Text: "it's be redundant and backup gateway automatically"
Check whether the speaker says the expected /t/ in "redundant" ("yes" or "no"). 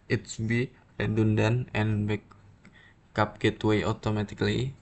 no